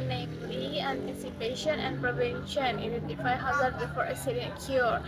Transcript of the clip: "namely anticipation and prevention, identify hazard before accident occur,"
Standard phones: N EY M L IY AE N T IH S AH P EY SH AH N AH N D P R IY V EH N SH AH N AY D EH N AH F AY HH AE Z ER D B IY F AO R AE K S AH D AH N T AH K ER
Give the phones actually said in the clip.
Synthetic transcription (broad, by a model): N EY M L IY AE N T IH S AH P EY SH AH N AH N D P R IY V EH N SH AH N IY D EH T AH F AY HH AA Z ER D B IY F AO R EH S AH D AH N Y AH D